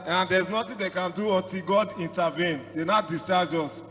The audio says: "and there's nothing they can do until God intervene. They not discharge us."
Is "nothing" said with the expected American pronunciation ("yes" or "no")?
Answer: no